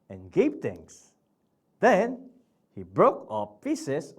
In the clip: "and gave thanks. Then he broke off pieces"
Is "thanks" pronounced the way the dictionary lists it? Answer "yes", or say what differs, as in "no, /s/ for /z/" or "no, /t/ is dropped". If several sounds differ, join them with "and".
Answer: no, /t/ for /θ/